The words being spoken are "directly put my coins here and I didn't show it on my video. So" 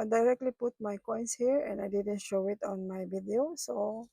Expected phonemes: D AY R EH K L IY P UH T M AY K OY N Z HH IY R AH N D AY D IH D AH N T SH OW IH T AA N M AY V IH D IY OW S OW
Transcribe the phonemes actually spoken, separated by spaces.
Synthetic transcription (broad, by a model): D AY R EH K L IY P UH T M AY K OY N S HH IY R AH N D AY D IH D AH N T SH OW IH T AA N M AY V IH D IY OW S OW